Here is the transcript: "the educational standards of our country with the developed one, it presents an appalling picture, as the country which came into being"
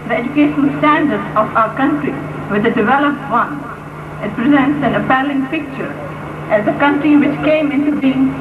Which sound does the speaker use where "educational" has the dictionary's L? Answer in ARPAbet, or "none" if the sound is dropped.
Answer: N